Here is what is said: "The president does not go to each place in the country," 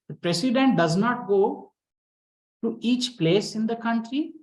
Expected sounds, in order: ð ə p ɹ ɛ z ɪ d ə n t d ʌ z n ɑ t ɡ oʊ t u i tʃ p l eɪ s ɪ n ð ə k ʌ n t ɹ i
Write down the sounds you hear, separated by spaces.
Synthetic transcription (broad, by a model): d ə p ɹ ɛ s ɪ d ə n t d ʌ z n ɑ t ɡ oʊ t u i tʃ p l eɪ s ɪ n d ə k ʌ n t ɹ i